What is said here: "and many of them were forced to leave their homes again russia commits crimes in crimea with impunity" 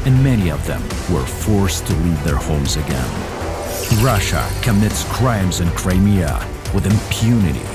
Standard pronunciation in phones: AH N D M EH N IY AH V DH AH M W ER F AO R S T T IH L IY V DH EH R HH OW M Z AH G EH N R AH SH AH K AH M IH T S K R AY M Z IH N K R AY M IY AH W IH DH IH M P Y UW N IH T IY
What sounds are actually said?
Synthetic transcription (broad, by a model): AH N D M EH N IY AH V DH AH M W ER F AO R S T T IH L IY V DH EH R HH OW M Z AH G EH N R AH SH AH K AH M IH T S K R AY M Z IH N K R AY M IY AH W IH DH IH M P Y UW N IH T IY